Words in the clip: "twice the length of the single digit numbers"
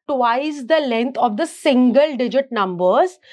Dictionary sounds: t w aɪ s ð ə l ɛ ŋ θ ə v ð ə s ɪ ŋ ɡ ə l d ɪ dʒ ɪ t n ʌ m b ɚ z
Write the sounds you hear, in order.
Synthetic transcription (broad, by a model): t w aɪ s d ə l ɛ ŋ t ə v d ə s ɪ ŋ ɡ ə l d ɪ dʒ ɪ t n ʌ m b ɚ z